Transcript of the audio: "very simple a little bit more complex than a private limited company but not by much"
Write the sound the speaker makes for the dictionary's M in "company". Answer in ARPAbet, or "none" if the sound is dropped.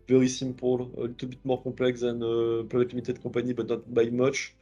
none